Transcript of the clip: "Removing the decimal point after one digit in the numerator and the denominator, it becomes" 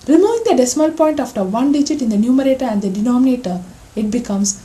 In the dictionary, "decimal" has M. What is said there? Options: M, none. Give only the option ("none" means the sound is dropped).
M